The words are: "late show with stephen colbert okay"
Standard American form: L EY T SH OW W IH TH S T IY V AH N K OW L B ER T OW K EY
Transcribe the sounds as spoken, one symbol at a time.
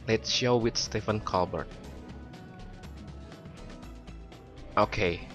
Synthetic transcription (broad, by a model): L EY T SH OW W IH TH S T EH F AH N K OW L B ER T OW K EY